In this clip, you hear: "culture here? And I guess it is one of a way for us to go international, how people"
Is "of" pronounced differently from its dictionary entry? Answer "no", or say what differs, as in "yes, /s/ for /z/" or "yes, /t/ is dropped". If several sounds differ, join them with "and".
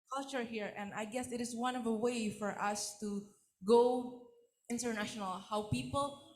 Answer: no